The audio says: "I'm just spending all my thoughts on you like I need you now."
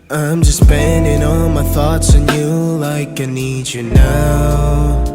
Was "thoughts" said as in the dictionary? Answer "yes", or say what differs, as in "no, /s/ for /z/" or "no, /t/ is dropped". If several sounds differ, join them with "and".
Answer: yes